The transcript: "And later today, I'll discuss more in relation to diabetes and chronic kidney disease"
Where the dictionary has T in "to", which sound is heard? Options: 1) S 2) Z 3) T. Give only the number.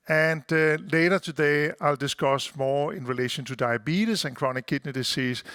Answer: 3